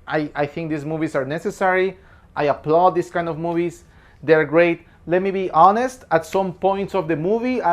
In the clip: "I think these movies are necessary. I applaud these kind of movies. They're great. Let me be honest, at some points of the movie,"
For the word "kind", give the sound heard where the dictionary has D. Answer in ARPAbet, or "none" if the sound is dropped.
D